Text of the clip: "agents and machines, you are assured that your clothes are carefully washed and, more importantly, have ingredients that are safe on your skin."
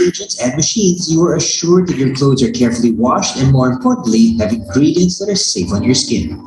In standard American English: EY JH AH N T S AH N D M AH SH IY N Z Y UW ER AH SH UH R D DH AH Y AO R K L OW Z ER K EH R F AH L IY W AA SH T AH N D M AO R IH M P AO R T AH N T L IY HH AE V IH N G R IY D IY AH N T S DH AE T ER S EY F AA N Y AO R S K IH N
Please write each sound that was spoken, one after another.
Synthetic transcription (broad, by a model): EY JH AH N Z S AH N D M AH SH IY N Z Y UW ER AH SH UH R D DH AH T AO R K L OW Z ER K EH R F AH L IY W AA SH T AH N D M AO R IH M P AO R T N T L IY HH AE V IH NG G R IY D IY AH N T S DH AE T ER S EY F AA N Y AO R S K IH N